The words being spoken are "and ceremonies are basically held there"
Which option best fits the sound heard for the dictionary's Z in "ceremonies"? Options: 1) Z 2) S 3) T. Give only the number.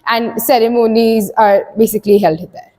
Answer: 1